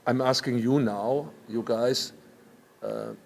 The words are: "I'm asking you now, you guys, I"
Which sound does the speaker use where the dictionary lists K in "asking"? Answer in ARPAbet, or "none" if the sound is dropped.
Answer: K